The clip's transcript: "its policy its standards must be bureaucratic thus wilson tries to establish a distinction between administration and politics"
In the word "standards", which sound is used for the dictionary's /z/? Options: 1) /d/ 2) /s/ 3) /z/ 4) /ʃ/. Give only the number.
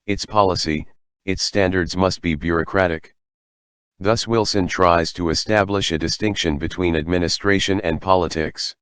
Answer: 3